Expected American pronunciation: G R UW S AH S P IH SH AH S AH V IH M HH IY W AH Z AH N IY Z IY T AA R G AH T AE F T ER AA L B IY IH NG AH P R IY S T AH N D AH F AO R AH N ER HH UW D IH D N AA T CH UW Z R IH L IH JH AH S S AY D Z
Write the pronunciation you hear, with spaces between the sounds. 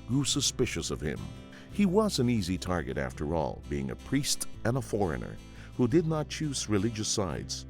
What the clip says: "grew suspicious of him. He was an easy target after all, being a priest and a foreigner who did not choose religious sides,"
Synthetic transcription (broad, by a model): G R UW S AH S P IH SH AH S AH V IH M HH IY W AH Z AH N IY Z IY T AA R G AH T AE F T ER AA L B IY IH NG AH P R IY S T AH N AH F AO R AH N ER HH UW D IH D N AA T CH UW Z R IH L IH JH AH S S AY D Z